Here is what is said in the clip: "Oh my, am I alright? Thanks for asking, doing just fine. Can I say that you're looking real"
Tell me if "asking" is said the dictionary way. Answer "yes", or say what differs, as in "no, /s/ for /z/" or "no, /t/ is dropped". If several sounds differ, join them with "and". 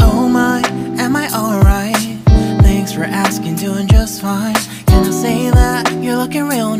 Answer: yes